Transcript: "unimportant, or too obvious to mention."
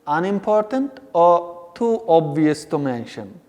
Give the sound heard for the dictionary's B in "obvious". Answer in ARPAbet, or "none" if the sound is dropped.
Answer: B